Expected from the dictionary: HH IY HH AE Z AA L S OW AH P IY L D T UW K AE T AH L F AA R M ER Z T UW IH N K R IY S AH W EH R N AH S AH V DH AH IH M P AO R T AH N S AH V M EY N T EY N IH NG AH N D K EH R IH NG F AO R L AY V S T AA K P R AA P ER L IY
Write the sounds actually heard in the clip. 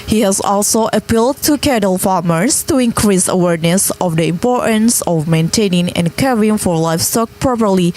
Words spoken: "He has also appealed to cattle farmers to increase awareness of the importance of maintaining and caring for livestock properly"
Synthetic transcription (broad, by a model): HH IY HH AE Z AA L S OW AH P IY L D T UW K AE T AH L F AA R M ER S T UW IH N K R IY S AH W EH R N AH S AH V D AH IH M P AO R T AH N S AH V M EY N T EY N IH NG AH N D K EH R IH NG F AO R L AY F S T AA K P R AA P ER L IY